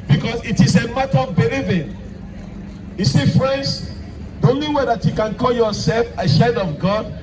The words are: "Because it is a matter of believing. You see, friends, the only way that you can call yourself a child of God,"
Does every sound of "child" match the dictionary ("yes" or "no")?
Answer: no